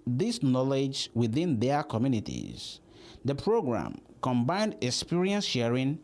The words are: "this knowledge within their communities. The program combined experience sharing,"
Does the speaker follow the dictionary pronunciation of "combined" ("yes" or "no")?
yes